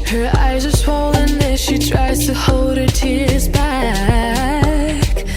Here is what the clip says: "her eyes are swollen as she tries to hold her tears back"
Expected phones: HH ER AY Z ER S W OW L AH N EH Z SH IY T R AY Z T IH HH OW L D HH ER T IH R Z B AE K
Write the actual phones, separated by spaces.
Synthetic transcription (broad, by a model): HH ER AY Z ER S W OW L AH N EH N SH IY T R AY Z T IH HH OW L D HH ER T IH R Z B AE K